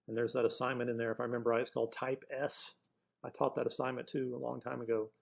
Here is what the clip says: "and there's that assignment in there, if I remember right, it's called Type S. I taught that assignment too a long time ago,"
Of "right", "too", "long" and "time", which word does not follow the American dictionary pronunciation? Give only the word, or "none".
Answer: right